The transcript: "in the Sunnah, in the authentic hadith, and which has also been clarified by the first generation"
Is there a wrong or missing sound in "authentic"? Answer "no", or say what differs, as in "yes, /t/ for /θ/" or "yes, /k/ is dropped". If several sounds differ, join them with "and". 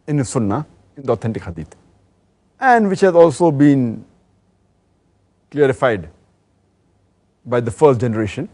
yes, /t/ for /θ/